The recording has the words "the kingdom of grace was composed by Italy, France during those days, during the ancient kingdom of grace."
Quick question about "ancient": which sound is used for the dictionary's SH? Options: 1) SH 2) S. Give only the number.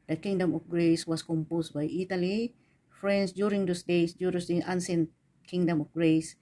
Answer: 2